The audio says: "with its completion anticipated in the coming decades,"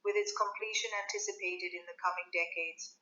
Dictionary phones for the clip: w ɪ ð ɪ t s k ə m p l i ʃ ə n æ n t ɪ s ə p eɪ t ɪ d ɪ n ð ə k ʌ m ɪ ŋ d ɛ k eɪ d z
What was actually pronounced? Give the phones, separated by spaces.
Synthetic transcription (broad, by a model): w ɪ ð ɪ t s k ə m p l i ʃ ə n æ n t ɪ s ə p eɪ t ɪ d ɪ n ð ə k ʌ m ɪ ŋ d ɛ k eɪ d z